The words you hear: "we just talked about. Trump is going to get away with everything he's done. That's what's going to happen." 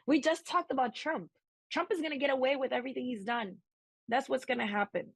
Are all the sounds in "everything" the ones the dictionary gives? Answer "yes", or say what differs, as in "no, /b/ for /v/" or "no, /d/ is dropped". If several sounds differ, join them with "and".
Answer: yes